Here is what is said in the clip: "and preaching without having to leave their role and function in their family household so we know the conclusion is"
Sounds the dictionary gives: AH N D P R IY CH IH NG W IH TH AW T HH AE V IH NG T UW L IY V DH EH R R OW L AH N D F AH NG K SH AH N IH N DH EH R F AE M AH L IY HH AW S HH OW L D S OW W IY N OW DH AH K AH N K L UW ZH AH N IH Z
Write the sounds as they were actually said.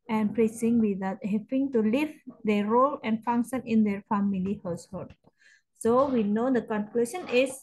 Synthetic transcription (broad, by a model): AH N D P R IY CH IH NG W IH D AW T HH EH P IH NG T UW L IY V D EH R R OW L AH N D F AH NG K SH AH N IH N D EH R F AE M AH L IY HH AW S HH OW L D S OW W IY N OW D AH K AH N K L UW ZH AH N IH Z